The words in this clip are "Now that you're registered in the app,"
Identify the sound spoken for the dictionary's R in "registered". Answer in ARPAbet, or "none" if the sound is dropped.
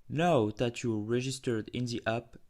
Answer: R